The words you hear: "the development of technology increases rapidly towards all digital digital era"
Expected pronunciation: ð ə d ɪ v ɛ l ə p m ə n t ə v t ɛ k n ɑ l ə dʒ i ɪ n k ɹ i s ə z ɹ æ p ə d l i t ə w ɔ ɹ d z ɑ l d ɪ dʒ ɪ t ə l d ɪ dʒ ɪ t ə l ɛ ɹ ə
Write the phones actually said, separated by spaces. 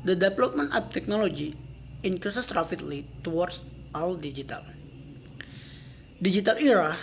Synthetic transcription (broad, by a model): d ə d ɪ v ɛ l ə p m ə n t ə p t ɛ k n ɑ l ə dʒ i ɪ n k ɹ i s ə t ɹ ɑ f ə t l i t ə w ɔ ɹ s ɑ l d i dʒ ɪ t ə l d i dʒ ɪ t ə l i ɹ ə